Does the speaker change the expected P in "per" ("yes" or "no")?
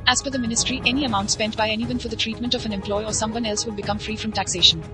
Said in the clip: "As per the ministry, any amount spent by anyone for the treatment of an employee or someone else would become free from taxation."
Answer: yes